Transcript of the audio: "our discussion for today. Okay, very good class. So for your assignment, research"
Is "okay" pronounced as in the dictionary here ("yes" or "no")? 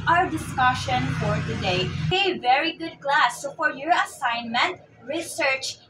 no